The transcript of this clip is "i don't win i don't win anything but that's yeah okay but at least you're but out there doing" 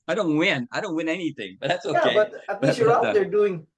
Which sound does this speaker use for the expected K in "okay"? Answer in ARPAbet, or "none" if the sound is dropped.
none